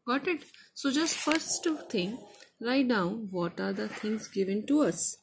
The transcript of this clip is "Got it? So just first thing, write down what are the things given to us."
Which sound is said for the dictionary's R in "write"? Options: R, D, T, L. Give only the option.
L